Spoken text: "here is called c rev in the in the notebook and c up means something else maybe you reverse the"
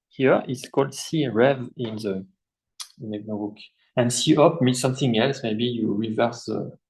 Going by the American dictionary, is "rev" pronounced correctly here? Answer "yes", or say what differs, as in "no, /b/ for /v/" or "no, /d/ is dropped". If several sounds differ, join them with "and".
yes